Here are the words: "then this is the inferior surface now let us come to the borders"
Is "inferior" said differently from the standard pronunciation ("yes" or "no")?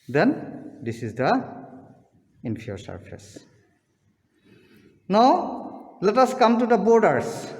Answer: yes